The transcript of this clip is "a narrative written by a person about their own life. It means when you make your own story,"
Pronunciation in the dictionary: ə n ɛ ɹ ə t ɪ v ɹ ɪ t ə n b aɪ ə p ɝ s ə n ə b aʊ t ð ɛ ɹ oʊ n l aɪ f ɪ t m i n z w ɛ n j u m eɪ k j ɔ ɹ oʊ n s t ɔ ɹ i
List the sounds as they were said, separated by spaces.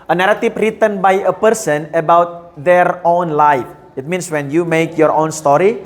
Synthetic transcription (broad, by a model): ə n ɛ ɹ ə t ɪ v ɹ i t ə n b aɪ ə p ɝ s ə n ə b aʊ t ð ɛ ɹ oʊ n l aɪ f ɪ t m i n s w ɛ n j u m eɪ k j ɔ ɹ oʊ n s t ɔ ɹ i